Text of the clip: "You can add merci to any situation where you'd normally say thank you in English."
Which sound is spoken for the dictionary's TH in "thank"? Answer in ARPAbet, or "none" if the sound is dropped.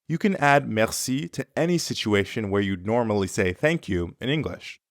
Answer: TH